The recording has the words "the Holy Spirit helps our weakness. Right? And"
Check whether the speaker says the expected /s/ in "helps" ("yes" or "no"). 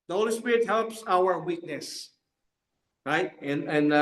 yes